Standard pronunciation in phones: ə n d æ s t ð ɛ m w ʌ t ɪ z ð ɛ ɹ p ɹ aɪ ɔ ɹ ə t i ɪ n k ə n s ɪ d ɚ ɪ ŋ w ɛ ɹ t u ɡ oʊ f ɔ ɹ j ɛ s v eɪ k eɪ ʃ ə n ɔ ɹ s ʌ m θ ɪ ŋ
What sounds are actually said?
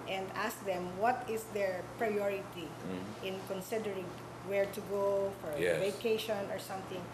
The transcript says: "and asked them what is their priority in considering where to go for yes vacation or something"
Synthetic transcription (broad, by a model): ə n d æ s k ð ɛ m w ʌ t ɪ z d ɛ ɹ p ɹ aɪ ɔ ɹ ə t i ɪ n k ə n s ɪ d ɚ ɪ ŋ w ɛ ɹ t u ɡ oʊ f ɔ ɹ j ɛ v eɪ k eɪ ʃ ə n ɔ ɹ s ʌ m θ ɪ ŋ